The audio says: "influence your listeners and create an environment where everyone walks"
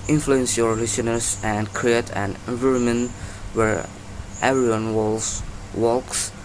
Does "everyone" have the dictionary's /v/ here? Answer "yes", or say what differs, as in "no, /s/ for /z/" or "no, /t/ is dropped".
no, /v/ is dropped